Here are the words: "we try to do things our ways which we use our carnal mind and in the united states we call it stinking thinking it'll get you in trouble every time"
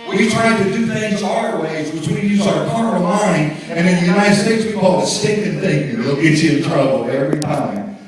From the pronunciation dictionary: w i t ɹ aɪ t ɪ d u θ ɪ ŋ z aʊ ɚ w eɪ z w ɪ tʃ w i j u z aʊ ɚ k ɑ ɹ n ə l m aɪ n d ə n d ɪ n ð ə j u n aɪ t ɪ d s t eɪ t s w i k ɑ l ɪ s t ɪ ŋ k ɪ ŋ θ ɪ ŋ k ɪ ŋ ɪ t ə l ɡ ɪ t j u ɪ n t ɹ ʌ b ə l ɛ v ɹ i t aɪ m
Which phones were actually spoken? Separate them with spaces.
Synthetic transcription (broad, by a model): w i t ɹ aɪ t ɪ d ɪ θ ɪ ŋ z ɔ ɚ w eɪ z w ɪ tʃ w i j u z aʊ ɚ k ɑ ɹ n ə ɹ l aɪ n ə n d ɪ n ð ə j u n aɪ t ɪ d s t eɪ t s w i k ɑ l ɪ s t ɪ k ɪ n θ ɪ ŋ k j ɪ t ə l ɪ t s ɪ n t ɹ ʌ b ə l ɛ v ɹ i t aɪ m